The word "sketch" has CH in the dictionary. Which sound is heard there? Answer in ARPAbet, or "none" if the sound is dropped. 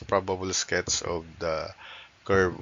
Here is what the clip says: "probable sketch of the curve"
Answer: S